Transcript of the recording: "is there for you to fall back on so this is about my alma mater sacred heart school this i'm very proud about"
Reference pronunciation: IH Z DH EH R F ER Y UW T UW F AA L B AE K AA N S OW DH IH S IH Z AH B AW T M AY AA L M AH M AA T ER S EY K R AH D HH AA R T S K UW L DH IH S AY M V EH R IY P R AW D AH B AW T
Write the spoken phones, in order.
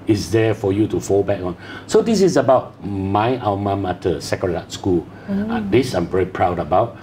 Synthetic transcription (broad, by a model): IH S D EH F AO Y UW T UW F AA L B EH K AA N S OW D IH S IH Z AH B AW T M AY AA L M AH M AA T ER S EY K AH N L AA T S K UW L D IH S AY M V EH R IY P R AW D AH B AW T